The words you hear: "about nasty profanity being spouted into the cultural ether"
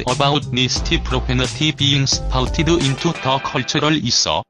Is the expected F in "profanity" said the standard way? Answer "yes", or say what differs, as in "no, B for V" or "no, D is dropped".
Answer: no, P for F